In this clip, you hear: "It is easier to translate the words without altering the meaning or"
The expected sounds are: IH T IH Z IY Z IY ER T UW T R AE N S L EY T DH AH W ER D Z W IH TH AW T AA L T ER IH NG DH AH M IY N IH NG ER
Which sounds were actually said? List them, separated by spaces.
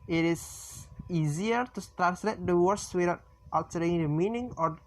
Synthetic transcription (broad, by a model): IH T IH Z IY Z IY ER T UW T R AE N S L EY T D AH W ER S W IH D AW T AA T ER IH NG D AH M IY N IH NG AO